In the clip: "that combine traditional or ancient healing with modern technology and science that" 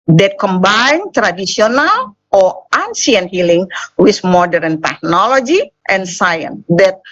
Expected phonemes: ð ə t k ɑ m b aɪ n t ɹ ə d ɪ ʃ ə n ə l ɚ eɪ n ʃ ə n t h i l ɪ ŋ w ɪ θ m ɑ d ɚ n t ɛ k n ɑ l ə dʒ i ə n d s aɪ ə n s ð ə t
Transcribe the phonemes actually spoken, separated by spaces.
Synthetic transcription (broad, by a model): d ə t k ɑ m b aɪ n t ɹ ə d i s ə n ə l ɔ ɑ n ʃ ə n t h i l ɪ ŋ w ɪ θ m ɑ d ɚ n t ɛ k n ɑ l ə dʒ i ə n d s aɪ ə n s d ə t